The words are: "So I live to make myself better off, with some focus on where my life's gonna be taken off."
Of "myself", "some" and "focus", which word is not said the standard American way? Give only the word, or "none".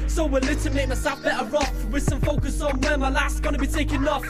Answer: myself